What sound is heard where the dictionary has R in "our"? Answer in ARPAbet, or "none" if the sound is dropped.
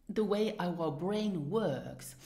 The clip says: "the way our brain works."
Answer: W